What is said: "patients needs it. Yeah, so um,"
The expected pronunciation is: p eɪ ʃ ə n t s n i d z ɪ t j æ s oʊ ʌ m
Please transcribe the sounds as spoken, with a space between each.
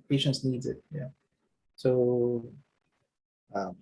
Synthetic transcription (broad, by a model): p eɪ ʃ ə n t s n i d z ɪ t j æ s oʊ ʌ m